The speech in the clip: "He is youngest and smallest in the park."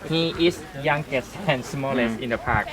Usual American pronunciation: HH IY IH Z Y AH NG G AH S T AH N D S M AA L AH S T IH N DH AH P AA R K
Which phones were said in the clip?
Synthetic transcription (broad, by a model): HH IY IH S Y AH NG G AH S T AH N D S M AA L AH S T IH N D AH P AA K